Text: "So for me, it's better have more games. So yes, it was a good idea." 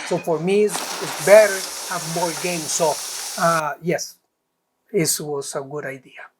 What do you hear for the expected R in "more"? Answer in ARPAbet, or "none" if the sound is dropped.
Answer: L